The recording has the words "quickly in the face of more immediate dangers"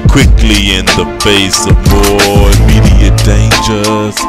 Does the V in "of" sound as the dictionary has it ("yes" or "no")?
yes